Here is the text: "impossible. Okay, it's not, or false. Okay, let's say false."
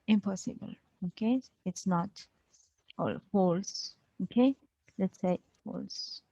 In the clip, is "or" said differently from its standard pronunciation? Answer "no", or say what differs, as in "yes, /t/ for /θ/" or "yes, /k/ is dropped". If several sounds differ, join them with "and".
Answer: yes, /l/ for /ɹ/